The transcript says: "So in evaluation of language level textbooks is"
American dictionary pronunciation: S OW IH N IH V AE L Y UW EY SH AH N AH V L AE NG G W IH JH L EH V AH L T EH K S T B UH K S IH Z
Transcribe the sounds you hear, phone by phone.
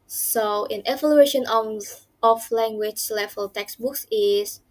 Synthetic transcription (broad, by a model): S OW IH N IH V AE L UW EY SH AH N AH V L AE NG G W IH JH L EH F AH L T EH K S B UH K S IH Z